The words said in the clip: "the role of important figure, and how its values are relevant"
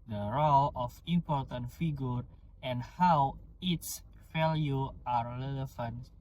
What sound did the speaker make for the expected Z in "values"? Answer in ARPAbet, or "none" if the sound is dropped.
none